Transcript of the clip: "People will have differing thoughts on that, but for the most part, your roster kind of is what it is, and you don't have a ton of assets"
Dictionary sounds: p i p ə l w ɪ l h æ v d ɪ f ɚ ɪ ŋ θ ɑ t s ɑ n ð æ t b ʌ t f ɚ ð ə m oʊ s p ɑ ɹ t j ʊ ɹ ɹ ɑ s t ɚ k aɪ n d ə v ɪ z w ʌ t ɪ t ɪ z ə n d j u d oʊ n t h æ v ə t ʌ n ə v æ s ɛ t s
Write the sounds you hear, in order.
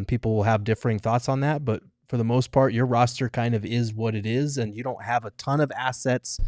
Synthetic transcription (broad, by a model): p i p l w ɪ l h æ v d ɪ f ɚ ɪ ŋ θ ɑ t s n ð æ t b ʌ t f ɚ ð ə m oʊ s p ɑ ɹ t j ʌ ɹ ɹ ɑ s t ɚ k aɪ n d ə v ɪ z w ʌ t ɪ t ɪ z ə n j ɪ d oʊ n t h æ v ə t ʌ n ə v æ s ɛ t s